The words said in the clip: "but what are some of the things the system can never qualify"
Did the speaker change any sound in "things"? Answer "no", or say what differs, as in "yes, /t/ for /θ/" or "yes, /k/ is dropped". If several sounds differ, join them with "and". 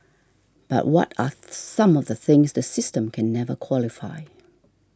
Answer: no